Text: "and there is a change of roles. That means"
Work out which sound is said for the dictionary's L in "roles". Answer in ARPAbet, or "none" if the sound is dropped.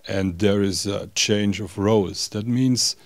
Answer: none